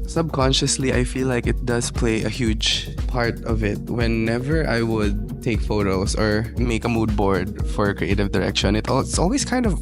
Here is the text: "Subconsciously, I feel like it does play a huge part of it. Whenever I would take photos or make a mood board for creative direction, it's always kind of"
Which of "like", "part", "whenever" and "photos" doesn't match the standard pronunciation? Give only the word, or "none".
photos